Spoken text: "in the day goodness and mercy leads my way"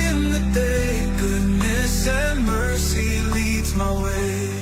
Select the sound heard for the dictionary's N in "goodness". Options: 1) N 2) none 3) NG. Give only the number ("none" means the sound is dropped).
1